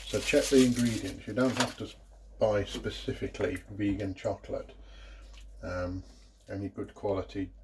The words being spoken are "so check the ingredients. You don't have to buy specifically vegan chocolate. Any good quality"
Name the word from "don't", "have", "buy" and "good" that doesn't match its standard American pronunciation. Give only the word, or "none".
have